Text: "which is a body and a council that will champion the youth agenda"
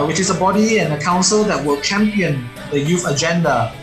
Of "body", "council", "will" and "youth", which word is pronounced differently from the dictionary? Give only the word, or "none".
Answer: youth